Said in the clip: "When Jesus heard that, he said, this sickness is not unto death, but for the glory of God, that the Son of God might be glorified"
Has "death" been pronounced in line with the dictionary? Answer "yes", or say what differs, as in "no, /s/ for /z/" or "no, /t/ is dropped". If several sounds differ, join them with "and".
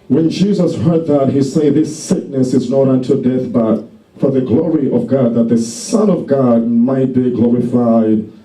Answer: yes